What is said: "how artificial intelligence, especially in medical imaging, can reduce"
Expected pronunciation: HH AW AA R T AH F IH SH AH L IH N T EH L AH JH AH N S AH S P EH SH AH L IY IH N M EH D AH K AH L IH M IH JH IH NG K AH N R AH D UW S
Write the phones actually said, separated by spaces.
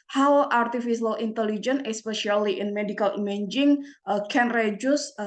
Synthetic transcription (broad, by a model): HH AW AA R T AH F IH S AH L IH N T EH L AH JH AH N AH S P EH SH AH L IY IH N M EH D AH K AH L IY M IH JH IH NG K AH N R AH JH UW S